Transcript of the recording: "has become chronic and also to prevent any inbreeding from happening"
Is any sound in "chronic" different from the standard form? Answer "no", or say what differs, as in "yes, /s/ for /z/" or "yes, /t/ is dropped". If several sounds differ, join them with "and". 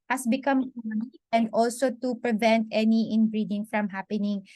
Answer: yes, /ɹ/ is dropped